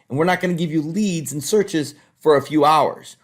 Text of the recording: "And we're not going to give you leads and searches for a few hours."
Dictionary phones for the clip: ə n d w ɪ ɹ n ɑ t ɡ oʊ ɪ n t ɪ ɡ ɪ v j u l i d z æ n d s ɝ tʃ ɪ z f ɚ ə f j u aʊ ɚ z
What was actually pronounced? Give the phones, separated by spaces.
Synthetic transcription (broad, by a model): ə n w ɪ ɹ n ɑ t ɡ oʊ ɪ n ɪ ɡ ɪ v j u l i d z n s ɝ tʃ ɪ z f ɚ ə f j u aʊ ɚ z